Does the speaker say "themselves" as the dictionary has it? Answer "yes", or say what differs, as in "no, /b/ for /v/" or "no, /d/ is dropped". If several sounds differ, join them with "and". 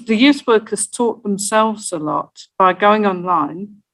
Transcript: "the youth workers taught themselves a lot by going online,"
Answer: yes